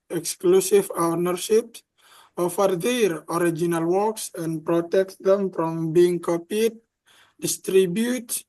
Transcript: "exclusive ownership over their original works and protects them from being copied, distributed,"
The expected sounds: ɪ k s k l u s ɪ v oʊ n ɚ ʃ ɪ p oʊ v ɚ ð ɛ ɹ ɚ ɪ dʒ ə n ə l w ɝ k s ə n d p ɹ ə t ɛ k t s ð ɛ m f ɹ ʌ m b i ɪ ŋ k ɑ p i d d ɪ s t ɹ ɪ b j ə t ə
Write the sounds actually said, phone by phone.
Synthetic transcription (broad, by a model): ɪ k s k l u s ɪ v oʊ n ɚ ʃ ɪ p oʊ f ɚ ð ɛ ɹ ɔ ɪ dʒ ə n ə l w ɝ k s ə n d p ɹ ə t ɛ k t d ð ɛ m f ɹ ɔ m b i ɪ ŋ k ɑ p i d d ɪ s t ɹ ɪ b j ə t